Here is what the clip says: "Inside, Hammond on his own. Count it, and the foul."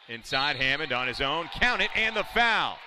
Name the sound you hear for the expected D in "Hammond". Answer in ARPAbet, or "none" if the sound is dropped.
D